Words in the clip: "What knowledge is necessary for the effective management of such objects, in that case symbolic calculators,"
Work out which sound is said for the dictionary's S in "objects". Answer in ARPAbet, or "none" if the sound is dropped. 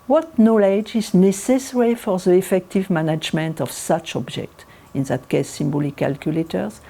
none